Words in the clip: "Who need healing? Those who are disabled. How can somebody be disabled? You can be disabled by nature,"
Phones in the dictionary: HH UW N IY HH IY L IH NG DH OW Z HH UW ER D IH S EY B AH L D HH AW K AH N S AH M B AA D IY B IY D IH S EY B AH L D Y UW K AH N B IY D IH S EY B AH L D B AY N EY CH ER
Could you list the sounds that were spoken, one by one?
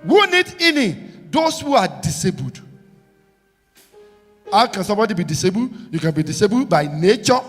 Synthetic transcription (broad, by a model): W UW N IY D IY N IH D OW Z HH UW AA D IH S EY B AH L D HH AW K AH N S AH M B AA D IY B IY D IH S EY B AH L D Y UW K AH N B IY D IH S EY B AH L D B AY N EY CH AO